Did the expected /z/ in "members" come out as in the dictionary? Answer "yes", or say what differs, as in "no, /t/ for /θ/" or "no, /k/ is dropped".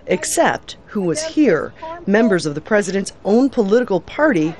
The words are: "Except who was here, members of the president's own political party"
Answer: yes